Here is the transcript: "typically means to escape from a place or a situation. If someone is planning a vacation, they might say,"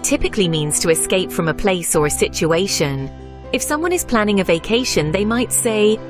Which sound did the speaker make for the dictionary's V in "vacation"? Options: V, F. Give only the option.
V